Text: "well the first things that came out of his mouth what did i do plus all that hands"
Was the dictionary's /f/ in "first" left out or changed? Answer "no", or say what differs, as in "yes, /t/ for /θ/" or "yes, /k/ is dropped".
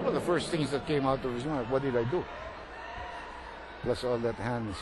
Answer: no